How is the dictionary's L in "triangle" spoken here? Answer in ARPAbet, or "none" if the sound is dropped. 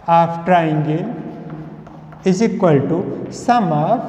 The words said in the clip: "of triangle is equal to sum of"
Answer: N